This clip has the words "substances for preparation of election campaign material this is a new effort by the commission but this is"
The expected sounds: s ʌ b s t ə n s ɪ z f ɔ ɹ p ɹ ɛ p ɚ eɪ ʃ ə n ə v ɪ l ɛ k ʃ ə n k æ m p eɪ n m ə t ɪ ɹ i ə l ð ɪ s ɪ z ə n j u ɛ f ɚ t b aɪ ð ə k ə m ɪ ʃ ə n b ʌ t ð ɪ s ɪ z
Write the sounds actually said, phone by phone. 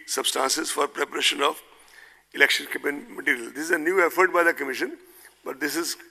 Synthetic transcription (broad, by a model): s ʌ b s t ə n s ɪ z f ɔ ɹ p ɹ ɛ p ɚ eɪ ʃ ə n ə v ɪ l ɛ k ʃ ə n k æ p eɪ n m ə t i ɹ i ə l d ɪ s ɪ z ə n j u ɛ f ɚ t b aɪ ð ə k ə m ɪ ʃ ə n b ʌ t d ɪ s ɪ z